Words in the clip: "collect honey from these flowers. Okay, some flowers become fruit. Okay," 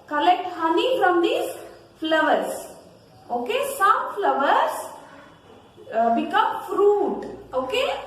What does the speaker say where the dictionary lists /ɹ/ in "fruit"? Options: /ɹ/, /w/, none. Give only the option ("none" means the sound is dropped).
/ɹ/